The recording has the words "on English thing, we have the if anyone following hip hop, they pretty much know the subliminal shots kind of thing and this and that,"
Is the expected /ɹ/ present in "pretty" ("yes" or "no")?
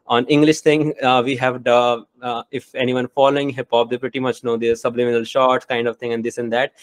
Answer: yes